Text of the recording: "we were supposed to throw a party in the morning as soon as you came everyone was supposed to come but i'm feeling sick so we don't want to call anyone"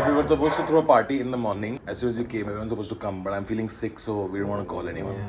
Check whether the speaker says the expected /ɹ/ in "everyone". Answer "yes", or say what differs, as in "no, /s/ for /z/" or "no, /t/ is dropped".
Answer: no, /ɹ/ is dropped